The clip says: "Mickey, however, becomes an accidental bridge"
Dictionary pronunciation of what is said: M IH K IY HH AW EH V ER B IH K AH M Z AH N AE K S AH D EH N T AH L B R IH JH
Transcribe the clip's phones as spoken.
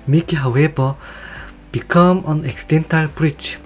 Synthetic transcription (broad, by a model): M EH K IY HH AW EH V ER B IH K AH M AH N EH K S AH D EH N T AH L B R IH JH